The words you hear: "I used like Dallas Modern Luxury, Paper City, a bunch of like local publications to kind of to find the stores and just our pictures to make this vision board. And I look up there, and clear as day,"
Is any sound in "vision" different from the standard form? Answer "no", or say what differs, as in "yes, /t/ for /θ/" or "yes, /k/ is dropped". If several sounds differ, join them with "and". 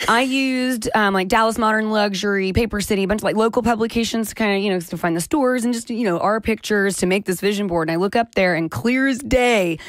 no